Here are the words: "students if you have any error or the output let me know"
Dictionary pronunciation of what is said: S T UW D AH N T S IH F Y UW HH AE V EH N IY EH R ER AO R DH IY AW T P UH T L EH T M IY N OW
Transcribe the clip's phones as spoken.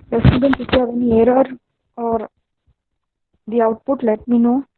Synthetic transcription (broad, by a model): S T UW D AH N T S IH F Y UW HH AE V EH N IY EH R ER AO R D IY AW T P UH T L EH T M IY N OW